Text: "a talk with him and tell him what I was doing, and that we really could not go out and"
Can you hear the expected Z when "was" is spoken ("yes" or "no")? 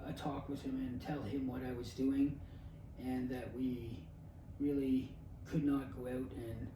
yes